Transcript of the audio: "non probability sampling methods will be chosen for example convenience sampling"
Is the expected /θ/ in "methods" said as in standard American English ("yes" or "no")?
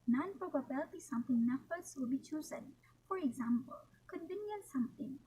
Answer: no